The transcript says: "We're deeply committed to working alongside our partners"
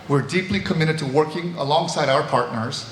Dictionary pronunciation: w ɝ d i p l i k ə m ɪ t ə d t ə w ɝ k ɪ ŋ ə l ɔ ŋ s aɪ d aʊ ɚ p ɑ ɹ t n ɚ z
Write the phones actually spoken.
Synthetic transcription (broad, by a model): w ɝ d i p l i k ə m ɪ t ə d t ə w ɝ k ɪ ŋ ə l ɔ ŋ s aɪ d aʊ ɚ p ɑ ɹ t n ɚ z